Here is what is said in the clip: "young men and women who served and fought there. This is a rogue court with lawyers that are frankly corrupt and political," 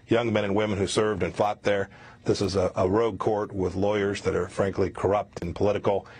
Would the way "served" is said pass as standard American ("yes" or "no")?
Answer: yes